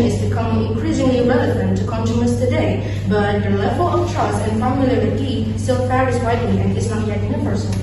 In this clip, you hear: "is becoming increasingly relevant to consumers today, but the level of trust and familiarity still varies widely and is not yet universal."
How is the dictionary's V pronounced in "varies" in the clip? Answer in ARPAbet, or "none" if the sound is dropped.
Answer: F